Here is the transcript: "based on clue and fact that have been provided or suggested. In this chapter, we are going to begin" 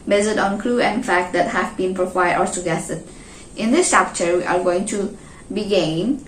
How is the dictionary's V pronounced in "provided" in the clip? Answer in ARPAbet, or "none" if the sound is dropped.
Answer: W